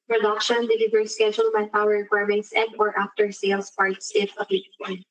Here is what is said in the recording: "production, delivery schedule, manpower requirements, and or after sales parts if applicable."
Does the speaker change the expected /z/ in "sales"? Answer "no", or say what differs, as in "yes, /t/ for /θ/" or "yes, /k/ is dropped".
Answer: yes, /s/ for /z/